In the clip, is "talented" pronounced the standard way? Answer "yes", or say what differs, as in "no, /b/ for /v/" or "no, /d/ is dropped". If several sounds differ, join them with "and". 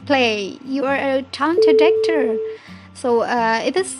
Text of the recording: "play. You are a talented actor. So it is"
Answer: no, /l/ is dropped